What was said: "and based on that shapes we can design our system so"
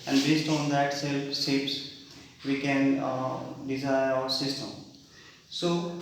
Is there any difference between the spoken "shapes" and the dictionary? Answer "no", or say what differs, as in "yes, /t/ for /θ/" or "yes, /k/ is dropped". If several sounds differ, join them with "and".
yes, /s/ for /ʃ/